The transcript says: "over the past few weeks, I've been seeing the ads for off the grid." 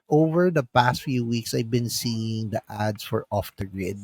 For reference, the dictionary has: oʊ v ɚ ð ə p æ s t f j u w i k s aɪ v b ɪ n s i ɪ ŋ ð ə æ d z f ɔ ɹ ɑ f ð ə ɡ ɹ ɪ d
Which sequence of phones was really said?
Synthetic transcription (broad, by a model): oʊ v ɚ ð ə p æ s t f j u w i k s aɪ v b ɪ n s i ɪ ŋ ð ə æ d s f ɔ ɹ ɑ f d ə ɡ ɹ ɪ d